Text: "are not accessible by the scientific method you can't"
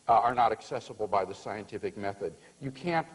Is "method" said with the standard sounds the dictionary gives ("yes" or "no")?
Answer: yes